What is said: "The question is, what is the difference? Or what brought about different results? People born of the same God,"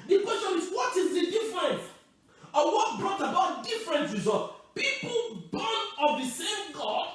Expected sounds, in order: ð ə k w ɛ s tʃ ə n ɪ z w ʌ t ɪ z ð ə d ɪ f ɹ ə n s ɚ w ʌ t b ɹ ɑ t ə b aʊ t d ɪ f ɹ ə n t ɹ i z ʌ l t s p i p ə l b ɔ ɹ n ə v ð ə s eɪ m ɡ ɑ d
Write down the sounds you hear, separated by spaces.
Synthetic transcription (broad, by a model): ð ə k w ɛ s tʃ ə n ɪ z w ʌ t ɪ z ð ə d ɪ f ɹ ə n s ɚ w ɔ t b ɹ ɑ t ə b aʊ t d ɪ f ɹ ə n t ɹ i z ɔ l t p i p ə l b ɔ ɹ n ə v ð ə s eɪ m ɡ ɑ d